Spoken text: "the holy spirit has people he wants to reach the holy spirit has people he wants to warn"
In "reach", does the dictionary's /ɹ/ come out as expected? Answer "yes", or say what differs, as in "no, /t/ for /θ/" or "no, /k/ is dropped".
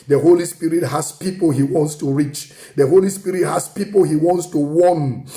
yes